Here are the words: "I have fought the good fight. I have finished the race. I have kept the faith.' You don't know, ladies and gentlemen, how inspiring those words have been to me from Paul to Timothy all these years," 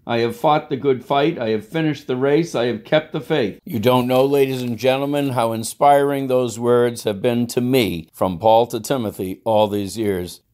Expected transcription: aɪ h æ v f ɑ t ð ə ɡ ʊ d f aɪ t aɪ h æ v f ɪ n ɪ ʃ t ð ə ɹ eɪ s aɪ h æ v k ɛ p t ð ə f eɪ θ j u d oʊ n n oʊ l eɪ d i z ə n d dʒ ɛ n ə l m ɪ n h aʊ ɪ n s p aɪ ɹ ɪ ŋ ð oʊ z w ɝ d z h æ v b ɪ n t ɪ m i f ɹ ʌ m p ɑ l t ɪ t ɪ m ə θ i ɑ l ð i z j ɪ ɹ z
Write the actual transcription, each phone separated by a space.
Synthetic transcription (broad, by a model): aɪ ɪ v f ɑ t ð ə ɡ ʊ d f aɪ t aɪ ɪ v f ɪ n ɪ ʃ t ð ə ɹ eɪ s aɪ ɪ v k ɛ p t ð ə f eɪ θ j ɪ d oʊ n n oʊ l eɪ d i z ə n dʒ ɛ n l m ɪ n h aʊ ɪ n s p aɪ ɹ ɪ ŋ ð oʊ z w ɝ d z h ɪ v b ɪ n t ɪ m i f ɹ ʌ m p ɑ l t ɪ t ɪ m ə θ i ɑ l ð i z j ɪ ɹ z